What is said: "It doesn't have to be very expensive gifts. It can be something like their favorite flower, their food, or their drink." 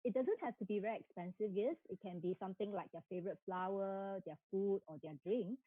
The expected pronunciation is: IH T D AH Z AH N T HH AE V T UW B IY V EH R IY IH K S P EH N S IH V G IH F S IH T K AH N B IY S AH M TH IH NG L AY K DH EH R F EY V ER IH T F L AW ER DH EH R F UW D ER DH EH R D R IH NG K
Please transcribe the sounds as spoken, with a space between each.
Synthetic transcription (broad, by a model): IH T D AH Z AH N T HH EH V T UW B IY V EH R IY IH K S P EH N S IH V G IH S IH T K AH N B IY S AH M T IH NG L AY K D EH F EY V ER IH T F L AW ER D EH F UW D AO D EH D R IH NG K